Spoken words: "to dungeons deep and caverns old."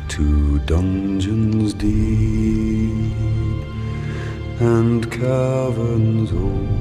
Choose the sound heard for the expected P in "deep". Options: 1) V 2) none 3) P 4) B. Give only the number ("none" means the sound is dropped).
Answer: 2